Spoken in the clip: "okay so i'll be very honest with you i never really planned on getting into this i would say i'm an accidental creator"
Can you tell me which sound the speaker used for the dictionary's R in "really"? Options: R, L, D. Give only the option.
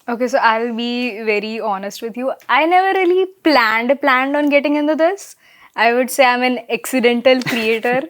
L